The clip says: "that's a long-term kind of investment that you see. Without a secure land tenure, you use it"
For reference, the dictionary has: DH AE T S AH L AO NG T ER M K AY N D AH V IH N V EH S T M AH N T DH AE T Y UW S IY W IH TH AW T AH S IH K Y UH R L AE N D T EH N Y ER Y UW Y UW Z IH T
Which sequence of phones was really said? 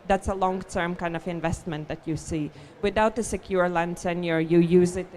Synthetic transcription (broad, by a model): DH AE T S AH L AO NG T ER M K AY N D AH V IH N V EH S T M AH N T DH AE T Y UW S IY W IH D AW T AH S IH K Y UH R L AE N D S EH N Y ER Y UW Y UW Z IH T